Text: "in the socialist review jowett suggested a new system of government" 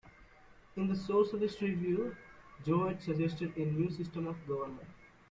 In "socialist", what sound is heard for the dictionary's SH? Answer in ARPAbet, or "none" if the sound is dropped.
S